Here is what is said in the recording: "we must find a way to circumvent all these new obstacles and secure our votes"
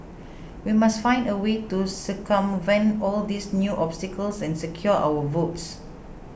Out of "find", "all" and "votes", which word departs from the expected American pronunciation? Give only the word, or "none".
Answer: none